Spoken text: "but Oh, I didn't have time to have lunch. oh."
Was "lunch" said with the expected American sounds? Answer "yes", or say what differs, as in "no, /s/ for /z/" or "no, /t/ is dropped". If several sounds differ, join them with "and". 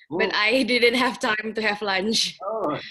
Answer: yes